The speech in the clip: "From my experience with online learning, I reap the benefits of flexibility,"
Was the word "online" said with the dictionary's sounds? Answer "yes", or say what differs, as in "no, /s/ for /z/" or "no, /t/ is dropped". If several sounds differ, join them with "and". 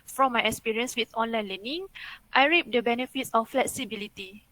yes